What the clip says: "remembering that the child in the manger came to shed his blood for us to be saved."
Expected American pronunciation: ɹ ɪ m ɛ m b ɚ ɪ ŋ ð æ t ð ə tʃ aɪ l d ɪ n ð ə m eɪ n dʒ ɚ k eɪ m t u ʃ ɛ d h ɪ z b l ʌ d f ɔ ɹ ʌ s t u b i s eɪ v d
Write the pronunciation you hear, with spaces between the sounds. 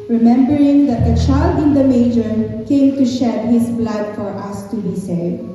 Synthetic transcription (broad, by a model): ɹ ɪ m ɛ m b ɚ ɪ ŋ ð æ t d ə tʃ aɪ l d ɪ n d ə m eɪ dʒ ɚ k eɪ m t u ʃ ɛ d h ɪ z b l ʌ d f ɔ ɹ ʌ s t u b i s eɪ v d